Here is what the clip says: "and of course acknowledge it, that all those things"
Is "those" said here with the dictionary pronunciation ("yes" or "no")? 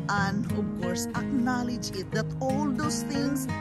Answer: no